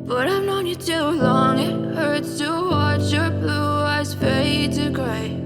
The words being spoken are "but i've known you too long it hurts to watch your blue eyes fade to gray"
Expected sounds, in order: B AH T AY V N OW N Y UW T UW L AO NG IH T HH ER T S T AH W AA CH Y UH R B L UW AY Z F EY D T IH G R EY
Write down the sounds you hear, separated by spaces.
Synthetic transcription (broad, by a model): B AH T AY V N OW N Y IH T UW L AO NG IH T HH ER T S T AH W AA CH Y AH R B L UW AY Z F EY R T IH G R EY